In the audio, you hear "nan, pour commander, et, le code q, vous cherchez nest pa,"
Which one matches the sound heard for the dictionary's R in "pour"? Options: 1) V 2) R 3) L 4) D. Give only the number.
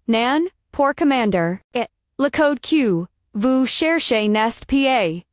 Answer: 2